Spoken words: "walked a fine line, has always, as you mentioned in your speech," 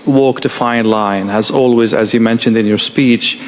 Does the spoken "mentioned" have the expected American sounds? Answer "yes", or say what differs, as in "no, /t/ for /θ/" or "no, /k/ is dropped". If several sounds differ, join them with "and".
yes